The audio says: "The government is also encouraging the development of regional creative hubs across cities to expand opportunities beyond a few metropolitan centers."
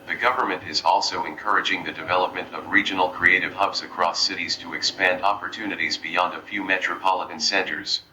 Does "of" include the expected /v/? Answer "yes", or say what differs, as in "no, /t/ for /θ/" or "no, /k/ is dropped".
yes